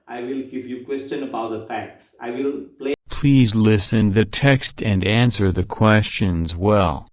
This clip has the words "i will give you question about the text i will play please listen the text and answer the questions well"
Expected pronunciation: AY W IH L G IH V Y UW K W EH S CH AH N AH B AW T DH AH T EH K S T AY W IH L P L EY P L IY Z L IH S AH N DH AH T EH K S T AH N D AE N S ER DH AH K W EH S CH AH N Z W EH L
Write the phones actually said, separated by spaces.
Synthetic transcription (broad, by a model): AY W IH L G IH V Y UW K W EH S CH AH N AH B AW T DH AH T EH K S AY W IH L P L EY P L IY Z L IH S AH N DH AH T EH K S T AH N D AE N S ER DH AH K W EH S CH AH N Z W EH L